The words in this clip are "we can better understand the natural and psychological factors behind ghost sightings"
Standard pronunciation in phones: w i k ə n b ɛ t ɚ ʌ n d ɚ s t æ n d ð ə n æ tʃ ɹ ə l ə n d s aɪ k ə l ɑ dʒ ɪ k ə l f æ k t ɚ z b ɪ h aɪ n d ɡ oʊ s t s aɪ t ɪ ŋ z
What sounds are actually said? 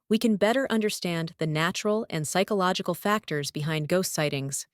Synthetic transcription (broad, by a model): w i k ə n b ɛ t ɚ ʌ n d ɚ s t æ n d ð ə n æ tʃ ɹ l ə n s aɪ k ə l ɑ dʒ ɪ k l f æ k t ɚ z b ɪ h aɪ n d ɡ oʊ s t s aɪ t ɪ ŋ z